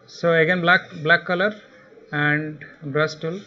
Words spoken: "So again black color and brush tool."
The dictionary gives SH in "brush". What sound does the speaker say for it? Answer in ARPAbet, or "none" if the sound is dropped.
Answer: S